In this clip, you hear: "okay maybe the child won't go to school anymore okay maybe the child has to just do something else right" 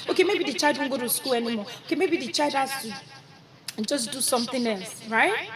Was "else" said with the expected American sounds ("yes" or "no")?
yes